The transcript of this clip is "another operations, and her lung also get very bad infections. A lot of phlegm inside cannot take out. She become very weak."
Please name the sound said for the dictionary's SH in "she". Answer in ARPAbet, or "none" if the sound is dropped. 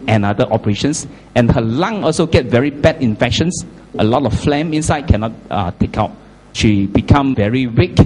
SH